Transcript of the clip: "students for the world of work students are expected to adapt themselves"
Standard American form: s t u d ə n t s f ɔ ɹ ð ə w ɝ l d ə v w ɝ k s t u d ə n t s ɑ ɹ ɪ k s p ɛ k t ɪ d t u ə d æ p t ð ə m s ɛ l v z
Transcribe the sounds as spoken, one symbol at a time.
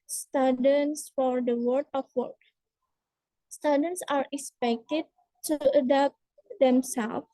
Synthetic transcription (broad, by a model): s t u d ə n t s f ɔ ɹ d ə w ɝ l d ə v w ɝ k s t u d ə n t s ɑ ɹ ɪ k s p ɛ k t ɪ d t u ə d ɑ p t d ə m s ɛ l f